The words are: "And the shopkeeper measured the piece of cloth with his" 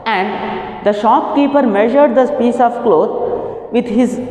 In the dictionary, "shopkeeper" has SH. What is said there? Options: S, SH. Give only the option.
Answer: SH